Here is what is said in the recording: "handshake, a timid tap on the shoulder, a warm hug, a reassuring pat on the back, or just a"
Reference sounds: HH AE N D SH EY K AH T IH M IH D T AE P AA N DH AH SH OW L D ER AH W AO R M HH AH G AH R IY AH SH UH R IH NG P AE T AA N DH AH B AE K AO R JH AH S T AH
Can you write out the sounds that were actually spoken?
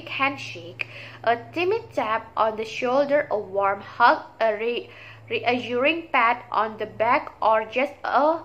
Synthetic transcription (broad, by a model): HH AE N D SH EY K AH T IH M IH D T AE P AA N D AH SH OW L D ER AH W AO R M HH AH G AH R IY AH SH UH R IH NG P AE T AA N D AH B AE K AO R JH AH S T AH